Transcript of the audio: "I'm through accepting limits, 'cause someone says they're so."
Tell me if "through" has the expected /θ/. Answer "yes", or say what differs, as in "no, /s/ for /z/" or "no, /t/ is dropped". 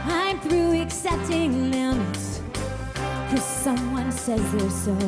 yes